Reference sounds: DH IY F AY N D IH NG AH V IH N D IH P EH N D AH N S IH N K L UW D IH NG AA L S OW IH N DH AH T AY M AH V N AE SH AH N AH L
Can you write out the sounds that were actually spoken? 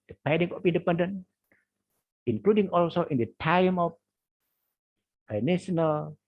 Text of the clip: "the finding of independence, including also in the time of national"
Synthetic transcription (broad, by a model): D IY P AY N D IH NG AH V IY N D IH P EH N D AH N IH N K L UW D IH NG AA L S OW IH N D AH T AY M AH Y N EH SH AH N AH L